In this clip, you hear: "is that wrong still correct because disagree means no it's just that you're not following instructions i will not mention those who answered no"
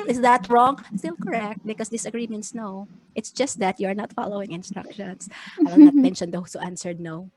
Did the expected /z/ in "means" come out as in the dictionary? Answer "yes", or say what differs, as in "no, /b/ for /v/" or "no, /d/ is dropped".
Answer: no, /s/ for /z/